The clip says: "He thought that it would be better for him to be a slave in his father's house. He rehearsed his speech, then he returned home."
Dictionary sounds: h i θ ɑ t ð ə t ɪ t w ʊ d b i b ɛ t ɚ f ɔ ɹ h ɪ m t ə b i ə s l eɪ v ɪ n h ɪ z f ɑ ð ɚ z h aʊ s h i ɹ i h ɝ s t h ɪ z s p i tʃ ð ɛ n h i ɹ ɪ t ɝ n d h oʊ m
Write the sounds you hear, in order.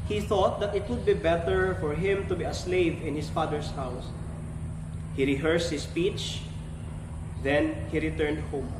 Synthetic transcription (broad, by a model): h i θ ɑ t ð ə t ɪ t w ʊ d b i b ɛ t ɚ f ɔ ɹ h ɪ m t ə b i ə s l eɪ v ɪ n h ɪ s f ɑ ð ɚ s h aʊ s h i ɹ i h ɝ s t h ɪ s p i tʃ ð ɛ n h i ɹ ɪ t ɝ n d h oʊ m